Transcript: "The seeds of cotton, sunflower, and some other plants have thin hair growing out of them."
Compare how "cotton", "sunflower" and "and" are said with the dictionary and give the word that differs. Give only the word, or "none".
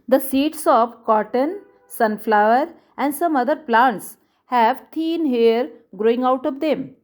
none